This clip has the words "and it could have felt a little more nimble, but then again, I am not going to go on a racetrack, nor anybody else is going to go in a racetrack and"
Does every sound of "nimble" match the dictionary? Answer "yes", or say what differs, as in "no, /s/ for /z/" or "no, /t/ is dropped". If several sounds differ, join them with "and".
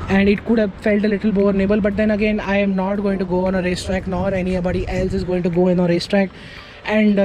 no, /m/ is dropped